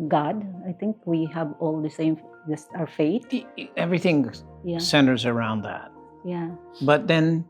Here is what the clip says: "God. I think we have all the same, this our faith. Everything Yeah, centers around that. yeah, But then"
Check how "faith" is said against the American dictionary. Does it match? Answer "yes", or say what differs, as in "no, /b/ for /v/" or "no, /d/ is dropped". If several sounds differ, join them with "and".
no, /t/ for /θ/